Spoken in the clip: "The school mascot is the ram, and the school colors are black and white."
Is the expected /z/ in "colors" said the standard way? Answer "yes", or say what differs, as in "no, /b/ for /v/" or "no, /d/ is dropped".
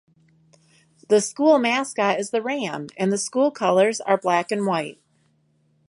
yes